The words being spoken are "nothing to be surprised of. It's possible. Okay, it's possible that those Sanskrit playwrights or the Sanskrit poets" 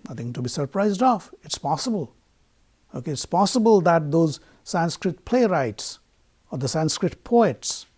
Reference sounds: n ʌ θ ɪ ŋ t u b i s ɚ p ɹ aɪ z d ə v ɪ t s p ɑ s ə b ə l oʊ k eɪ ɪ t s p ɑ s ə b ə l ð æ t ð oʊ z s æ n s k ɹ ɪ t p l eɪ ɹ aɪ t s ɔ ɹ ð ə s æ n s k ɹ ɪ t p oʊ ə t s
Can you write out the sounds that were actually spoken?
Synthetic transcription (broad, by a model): n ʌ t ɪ ŋ t u b i s ɚ p ɹ aɪ z d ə f ɪ t s p ɑ s ə b ə l oʊ k eɪ ɪ t s p ɑ s ə b ə l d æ t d oʊ z s æ n s k ɹ ɪ t p l eɪ ɹ aɪ t s ɔ ɹ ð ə s æ n s k ɹ ɪ t p oʊ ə t s